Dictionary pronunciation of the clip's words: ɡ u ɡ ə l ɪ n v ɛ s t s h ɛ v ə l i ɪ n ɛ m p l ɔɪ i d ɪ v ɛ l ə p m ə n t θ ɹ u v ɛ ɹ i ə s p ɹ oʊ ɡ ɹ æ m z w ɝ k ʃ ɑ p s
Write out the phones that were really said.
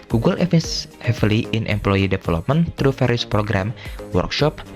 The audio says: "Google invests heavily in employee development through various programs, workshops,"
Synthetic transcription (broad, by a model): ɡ u ɡ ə l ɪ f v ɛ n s h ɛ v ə l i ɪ n ɛ m p l ɔɪ i d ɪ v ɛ l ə p m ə n t ɹ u f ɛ ɹ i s p ɹ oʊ ɡ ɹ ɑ m w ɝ k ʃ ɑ p